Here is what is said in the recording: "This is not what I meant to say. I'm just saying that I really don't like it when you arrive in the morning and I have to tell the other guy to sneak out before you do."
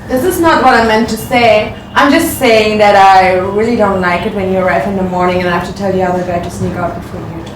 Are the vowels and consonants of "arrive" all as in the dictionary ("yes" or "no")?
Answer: no